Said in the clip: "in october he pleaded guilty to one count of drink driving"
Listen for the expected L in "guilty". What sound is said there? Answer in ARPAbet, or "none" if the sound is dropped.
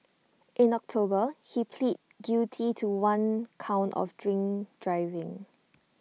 none